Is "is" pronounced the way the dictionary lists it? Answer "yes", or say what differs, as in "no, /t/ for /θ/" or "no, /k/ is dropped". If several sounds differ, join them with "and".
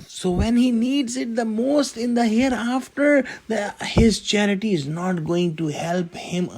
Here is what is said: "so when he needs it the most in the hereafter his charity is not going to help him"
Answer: yes